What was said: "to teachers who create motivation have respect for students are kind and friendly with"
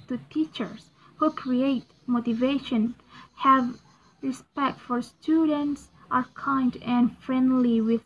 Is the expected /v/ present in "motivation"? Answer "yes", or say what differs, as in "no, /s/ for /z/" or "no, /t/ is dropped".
yes